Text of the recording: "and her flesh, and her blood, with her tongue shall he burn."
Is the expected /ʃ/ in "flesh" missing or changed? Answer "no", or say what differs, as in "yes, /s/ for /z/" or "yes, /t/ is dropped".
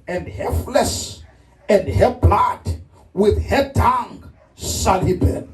yes, /s/ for /ʃ/